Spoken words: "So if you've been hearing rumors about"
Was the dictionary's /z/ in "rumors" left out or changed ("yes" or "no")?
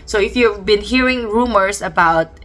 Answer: yes